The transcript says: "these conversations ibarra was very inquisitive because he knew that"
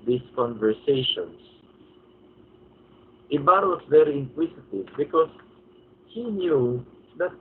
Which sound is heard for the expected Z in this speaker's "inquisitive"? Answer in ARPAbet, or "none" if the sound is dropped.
S